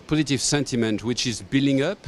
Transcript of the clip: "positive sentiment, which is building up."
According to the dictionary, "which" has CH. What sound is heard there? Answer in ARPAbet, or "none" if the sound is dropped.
CH